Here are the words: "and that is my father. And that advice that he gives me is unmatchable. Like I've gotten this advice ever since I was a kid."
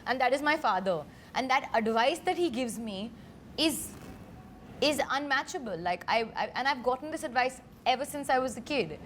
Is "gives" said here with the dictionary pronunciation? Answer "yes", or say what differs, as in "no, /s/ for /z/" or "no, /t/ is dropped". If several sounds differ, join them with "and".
yes